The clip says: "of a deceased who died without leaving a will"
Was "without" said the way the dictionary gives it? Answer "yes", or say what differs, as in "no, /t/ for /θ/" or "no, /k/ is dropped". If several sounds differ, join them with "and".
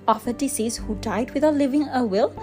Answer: no, /t/ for /θ/